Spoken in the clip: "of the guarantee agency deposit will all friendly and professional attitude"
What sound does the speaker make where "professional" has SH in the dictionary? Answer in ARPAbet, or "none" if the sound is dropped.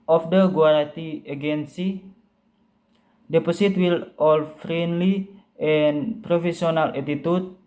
S